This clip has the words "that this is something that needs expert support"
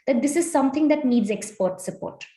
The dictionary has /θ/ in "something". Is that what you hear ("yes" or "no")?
no